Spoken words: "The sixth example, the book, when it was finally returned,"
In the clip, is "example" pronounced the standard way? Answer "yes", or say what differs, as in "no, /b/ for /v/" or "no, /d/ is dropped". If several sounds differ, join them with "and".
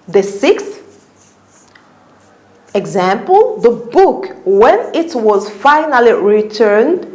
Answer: yes